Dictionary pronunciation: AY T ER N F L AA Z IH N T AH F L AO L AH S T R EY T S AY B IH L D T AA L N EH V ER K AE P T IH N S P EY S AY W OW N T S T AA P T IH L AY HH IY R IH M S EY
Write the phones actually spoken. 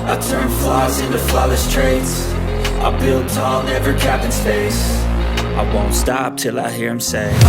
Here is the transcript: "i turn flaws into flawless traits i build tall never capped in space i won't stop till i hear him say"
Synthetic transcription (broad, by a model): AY T ER N F L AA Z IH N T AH F L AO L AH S T R EY T S AY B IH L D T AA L N EH V ER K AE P IH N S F EY S AY W OW N T S T AA P T IH L AY HH IY R IH M S EY